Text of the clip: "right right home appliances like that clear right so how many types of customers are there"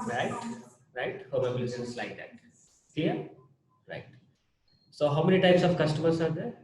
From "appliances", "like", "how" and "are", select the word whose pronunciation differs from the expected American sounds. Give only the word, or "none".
appliances